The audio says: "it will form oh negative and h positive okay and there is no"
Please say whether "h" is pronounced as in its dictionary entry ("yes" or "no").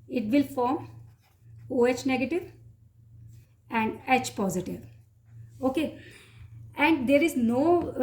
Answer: yes